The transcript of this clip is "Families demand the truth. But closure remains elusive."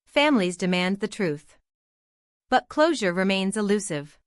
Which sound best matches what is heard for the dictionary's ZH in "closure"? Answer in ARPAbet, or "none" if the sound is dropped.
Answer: ZH